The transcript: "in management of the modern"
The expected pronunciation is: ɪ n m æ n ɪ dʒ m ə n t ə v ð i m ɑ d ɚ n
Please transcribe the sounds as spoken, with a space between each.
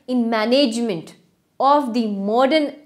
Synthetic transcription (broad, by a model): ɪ n m æ n ɪ dʒ m ə n t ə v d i m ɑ d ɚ n